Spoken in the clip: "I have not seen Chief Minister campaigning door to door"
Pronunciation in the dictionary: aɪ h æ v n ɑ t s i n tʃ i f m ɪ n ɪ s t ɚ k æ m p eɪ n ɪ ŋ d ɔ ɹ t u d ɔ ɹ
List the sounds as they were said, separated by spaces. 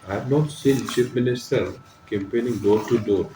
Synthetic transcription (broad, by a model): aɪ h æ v n ɑ t s i n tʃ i p m ɪ n ɪ s t ɚ k æ m p eɪ n ɪ ŋ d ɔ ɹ t u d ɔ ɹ